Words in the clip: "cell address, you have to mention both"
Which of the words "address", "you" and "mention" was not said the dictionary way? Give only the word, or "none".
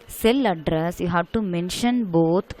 none